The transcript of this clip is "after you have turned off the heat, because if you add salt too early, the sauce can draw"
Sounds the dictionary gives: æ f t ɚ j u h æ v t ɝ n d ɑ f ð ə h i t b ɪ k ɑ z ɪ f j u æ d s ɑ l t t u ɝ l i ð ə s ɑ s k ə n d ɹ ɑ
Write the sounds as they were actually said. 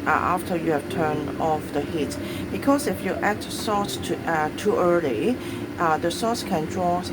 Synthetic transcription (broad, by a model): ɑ f t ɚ j u h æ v t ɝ n ɑ f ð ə h i t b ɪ k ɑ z ɪ f j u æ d s ɑ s t t ɝ l i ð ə s ɑ s k ə n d ɹ ɑ